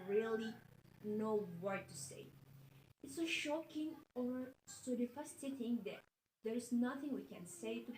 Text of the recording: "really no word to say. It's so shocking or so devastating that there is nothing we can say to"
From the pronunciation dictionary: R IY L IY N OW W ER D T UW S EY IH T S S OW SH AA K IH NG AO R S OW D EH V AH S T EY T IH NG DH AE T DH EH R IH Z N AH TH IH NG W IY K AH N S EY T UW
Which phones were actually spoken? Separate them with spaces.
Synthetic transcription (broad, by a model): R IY L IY N OW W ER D T UW S EY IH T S S OW SH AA K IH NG AO R S OW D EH F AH S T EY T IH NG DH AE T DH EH R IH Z N AH TH IH NG W IY K AH N S EY T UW